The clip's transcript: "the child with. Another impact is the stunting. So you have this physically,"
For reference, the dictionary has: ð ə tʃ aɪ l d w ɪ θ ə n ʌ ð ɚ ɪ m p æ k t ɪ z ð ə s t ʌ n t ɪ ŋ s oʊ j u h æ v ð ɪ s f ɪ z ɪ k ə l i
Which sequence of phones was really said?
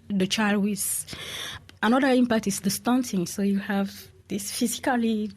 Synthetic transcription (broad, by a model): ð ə tʃ aɪ l d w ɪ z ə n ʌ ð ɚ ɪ m p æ k t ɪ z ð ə s t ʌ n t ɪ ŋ s oʊ j u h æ v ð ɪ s f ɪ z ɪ k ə l i